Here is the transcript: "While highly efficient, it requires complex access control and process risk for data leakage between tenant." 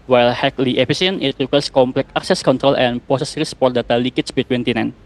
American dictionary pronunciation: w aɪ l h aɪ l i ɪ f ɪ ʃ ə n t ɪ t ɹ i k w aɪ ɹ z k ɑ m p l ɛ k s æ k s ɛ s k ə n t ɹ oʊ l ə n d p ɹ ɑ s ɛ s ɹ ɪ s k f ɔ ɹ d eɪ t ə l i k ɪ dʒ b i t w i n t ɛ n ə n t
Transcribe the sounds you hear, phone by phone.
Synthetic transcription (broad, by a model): w aɪ l h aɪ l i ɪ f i s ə n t ɪ t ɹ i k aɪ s k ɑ m p l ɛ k ɑ k s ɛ s k ə n t ɹ oʊ l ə n p ɑ s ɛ s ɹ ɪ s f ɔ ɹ d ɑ t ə l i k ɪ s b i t w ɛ n t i n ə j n